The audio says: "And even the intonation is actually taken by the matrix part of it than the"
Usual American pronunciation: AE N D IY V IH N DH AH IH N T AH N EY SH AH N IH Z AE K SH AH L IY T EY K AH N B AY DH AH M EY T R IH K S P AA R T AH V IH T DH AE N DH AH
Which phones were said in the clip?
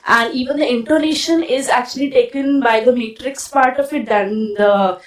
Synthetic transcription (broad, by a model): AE N D IY V IH N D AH IH N T AH N EY SH AH N IH Z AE K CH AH L IY T EY K AH N B AY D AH M EY T R IH K S P AA R T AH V IH T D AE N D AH